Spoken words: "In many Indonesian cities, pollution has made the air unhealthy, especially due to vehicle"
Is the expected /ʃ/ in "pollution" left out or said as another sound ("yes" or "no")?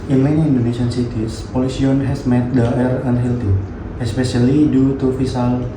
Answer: yes